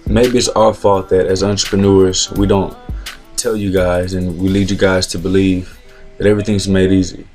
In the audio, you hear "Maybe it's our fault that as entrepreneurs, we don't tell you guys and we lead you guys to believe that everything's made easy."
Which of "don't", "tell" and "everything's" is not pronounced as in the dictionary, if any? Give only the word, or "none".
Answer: none